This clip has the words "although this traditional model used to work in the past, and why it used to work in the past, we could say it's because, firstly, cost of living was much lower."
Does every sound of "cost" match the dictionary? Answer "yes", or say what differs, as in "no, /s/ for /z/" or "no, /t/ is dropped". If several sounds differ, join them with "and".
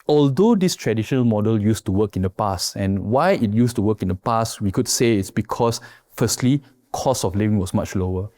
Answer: no, /t/ is dropped